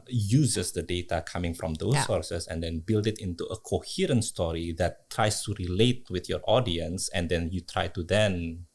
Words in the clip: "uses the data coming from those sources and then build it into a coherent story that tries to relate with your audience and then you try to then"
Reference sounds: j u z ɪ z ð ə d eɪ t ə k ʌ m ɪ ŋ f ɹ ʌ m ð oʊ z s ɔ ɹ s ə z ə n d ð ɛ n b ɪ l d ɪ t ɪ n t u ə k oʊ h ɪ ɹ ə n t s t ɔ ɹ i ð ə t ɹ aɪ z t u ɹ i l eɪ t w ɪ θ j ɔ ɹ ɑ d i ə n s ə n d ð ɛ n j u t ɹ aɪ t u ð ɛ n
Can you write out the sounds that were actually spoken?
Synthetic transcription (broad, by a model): j u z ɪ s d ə d eɪ t ə k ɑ m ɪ ŋ f ɹ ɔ m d oʊ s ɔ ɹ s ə s ə n d ɛ n b ɪ l d ɪ t ɪ n t u ə k oʊ h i ɹ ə n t s t ɔ ɹ i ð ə t ɹ aɪ s t u ɹ i l eɪ t w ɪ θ j ɔ ɹ ɑ d i ə n s ə n d ɛ n j u t ɹ aɪ t u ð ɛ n